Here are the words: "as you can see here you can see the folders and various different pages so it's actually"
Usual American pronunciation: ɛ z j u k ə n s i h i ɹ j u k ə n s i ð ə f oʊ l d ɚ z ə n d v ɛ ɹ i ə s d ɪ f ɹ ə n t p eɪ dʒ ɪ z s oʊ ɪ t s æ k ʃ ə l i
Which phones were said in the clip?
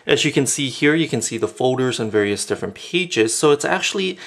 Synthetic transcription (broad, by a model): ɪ z j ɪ k ə n s i h i ɹ j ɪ k ə n s i ð ə f oʊ l d ɚ z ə n v ɛ ɹ i ə s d ɪ f ɹ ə n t p eɪ dʒ ɪ z s oʊ ɪ t s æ k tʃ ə l i